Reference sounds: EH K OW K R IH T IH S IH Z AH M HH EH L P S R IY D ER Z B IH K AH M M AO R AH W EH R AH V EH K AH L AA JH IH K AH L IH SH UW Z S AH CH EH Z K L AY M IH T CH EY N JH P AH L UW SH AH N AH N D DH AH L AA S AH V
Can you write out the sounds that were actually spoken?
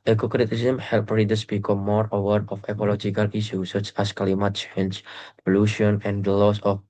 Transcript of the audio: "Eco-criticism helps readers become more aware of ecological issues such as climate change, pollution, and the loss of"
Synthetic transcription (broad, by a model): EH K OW K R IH T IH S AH M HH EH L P R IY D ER S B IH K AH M M AO R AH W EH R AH F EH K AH L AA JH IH K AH L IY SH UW S AH CH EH S K L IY M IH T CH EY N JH P AH L UW SH AH N AH N D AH L AA S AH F